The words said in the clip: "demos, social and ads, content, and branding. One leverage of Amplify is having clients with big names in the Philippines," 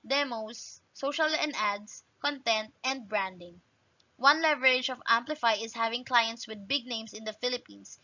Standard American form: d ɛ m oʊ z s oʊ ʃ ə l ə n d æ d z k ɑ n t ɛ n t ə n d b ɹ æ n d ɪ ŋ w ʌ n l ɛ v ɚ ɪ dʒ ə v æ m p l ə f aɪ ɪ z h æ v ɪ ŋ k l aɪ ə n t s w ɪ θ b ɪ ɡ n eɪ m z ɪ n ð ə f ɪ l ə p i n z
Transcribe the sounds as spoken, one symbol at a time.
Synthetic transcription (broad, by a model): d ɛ m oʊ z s oʊ ʃ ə l ə n d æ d s k ɑ n t ɛ n t ə n d b ɹ æ n d ɪ ŋ w ʌ n l ɛ v ɚ ɪ dʒ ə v æ m p l ə f aɪ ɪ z h æ v ɪ ŋ k l aɪ ə n t s w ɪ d b ɪ ɡ n eɪ m s ɪ n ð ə f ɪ l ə p i n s